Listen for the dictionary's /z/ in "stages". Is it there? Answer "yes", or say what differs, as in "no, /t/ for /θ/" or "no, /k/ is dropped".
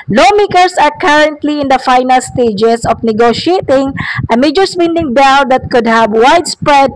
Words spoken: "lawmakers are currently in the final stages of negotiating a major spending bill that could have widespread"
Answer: no, /s/ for /z/